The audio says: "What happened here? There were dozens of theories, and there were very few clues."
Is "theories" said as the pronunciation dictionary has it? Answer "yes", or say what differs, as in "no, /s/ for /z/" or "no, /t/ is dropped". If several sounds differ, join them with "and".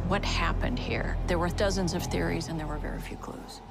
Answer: yes